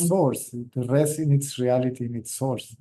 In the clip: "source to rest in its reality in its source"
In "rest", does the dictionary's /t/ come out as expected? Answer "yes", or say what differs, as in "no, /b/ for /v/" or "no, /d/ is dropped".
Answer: no, /t/ is dropped